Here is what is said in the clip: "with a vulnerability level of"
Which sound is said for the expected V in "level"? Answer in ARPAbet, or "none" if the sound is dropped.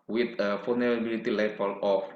F